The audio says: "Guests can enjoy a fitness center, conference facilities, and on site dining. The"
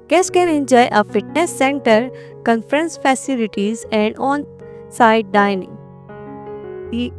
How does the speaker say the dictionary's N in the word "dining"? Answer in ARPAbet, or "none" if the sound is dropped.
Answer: N